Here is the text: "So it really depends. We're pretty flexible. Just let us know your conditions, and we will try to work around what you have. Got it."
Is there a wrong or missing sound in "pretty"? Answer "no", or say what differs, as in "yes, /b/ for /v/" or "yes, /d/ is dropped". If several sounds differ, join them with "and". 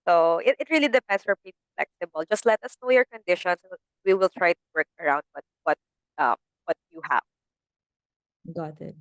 yes, /ɹ/ is dropped